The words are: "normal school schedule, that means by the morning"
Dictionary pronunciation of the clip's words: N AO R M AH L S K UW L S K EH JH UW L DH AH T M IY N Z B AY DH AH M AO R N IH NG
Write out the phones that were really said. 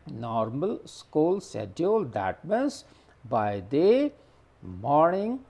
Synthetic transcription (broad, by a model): N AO R M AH L S K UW L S EH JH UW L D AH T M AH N S B AY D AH M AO R N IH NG